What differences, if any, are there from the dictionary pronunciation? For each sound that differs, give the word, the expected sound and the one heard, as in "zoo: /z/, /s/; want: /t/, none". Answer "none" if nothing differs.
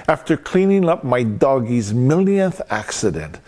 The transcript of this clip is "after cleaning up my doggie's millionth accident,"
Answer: none